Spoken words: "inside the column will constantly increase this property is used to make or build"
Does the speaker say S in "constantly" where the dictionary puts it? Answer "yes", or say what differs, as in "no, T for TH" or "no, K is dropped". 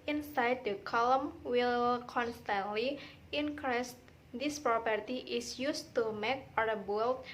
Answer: yes